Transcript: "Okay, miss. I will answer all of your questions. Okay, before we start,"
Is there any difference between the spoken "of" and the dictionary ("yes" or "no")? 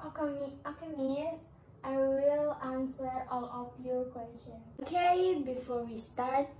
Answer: yes